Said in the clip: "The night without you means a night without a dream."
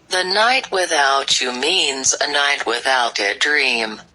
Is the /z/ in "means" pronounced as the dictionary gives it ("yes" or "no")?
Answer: yes